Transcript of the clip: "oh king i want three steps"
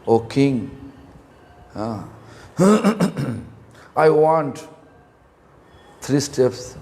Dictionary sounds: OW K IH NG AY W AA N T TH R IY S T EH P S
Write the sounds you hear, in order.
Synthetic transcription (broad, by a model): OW K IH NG AY W AA N T T R IY S T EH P S